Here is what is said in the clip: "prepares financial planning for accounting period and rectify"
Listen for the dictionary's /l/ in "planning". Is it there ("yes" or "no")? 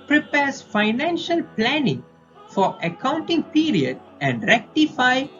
yes